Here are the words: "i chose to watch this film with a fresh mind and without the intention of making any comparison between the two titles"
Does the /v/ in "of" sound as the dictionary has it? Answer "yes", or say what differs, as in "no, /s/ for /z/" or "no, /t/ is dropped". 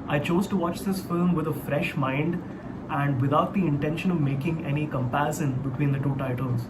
yes